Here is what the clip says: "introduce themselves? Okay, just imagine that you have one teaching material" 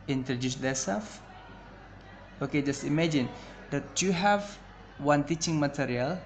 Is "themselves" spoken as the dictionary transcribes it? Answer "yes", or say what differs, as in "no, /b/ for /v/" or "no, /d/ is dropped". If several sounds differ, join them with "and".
no, /m/ is dropped